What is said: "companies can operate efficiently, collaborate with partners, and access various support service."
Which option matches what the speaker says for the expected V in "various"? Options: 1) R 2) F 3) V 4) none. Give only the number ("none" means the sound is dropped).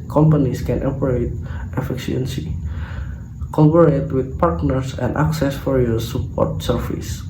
2